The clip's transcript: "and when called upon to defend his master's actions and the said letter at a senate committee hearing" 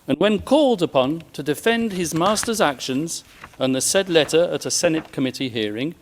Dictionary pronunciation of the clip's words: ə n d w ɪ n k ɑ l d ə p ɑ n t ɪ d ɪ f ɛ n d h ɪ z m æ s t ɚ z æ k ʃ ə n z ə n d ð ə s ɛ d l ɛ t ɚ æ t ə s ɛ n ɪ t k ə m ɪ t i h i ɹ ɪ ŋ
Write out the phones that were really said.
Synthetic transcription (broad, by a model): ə n w ɪ n k ɑ l d ə p ɑ n t ɪ d ɪ f ɛ n d ɪ z m æ s t ɚ z æ k ʃ ə n z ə n ð ə s ɛ d l ɛ t ɚ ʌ t ə s ɛ n ɪ t k ə m ɪ t i h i ɹ ɪ ŋ